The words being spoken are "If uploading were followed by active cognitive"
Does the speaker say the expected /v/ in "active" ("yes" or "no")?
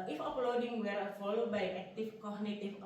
no